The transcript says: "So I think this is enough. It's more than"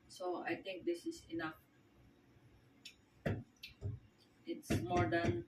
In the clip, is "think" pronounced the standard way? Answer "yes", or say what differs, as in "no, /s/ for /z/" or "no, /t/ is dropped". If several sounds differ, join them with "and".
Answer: no, /t/ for /θ/